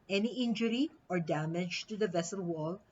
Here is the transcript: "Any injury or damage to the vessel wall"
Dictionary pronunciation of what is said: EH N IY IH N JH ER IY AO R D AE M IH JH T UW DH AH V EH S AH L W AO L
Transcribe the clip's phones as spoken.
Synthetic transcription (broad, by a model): EH N IY IH N JH ER IY AO R D AE M IH JH T UW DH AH V EH S AH L W AO L